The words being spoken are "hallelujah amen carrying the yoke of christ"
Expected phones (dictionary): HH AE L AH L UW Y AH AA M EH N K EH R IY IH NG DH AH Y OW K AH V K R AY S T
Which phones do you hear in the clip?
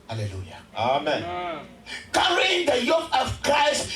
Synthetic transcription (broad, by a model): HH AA L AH L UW Y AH AA M EH N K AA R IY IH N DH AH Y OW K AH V K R AY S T